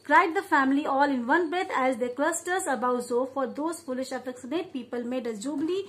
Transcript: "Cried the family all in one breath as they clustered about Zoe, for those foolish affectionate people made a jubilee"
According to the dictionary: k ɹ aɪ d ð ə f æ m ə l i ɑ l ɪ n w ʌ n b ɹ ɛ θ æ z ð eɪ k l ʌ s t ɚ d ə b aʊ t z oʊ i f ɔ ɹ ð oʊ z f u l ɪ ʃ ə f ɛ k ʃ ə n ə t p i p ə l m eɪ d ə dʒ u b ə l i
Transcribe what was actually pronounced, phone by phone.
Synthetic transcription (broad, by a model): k ɹ aɪ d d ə f æ m ə l i ɑ l ɪ n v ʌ n b ɹ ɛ t æ z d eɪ k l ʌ s t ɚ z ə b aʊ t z oʊ f ɔ ɹ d oʊ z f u l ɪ ʃ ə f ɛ k s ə n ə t p i p ə l m eɪ d ə dʒ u b l i